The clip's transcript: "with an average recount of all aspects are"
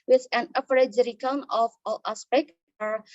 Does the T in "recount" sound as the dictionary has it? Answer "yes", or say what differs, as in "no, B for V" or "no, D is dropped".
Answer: no, T is dropped